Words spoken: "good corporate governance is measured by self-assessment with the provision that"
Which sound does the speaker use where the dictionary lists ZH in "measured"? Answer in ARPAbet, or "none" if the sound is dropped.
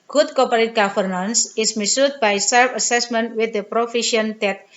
S